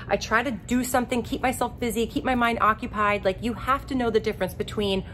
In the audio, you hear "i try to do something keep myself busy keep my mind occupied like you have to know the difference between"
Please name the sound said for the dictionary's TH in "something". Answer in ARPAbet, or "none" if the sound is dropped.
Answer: TH